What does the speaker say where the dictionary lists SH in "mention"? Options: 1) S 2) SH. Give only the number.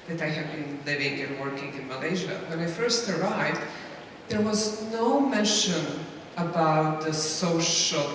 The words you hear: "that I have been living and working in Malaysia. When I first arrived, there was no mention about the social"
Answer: 2